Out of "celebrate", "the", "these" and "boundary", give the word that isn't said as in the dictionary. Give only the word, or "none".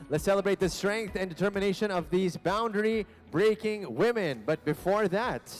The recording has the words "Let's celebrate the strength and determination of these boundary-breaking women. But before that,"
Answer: none